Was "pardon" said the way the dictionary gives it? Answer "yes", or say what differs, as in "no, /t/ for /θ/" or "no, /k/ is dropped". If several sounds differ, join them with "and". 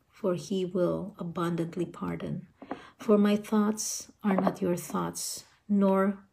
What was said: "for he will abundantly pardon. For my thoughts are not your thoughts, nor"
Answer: yes